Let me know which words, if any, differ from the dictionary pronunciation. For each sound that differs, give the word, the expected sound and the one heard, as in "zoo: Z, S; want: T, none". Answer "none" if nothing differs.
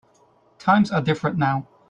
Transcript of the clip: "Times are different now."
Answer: none